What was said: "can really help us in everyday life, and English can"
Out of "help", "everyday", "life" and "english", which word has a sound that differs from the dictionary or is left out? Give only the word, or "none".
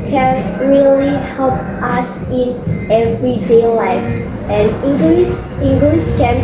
english